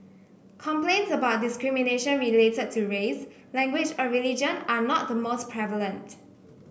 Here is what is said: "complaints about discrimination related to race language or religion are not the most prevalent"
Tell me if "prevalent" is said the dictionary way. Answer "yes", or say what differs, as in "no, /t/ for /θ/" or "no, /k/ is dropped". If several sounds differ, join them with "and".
yes